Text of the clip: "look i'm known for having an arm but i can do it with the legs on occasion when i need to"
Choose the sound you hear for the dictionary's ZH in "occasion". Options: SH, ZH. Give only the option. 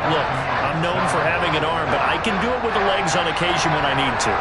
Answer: ZH